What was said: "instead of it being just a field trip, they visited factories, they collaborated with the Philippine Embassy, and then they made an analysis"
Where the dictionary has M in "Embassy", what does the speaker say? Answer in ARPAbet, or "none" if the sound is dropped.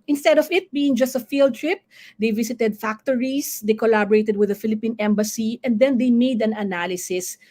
M